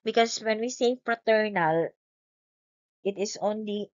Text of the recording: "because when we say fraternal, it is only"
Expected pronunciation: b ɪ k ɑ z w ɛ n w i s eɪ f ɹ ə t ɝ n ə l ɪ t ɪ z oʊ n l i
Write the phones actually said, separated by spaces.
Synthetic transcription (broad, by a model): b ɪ k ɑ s w ɛ n w i s eɪ f ɹ ə t ɝ n ə l ɪ t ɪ s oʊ n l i